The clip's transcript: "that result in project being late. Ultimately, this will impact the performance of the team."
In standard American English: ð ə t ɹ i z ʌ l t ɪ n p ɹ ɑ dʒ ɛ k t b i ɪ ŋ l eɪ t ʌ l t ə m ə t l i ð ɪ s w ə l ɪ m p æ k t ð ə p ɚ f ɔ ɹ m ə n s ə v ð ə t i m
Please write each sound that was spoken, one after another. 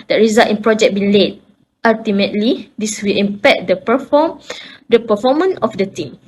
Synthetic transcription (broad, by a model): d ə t ɹ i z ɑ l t ɪ n p ɹ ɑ dʒ ɛ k b i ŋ l eɪ t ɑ l t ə m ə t l i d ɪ s w ə l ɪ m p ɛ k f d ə p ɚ f ɔ m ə n ə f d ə t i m